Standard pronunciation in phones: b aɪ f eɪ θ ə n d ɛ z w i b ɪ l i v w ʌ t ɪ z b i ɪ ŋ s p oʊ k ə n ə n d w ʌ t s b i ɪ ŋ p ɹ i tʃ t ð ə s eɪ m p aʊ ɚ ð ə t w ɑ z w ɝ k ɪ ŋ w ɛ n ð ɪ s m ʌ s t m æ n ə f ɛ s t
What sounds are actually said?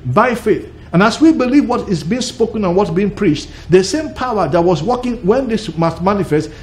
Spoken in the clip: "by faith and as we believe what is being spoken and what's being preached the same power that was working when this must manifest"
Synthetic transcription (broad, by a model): b aɪ f eɪ θ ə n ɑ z w i b ɪ l i v w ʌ t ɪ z b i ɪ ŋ s p oʊ k ə n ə n w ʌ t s b i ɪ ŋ p ɹ i tʃ t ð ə s eɪ m p aʊ ɚ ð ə t w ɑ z w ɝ k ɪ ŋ w ɛ n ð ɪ s m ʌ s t m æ n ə f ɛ s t